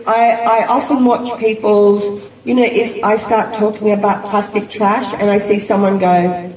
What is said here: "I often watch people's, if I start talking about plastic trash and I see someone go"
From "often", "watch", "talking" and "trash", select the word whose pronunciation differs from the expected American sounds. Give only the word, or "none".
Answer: none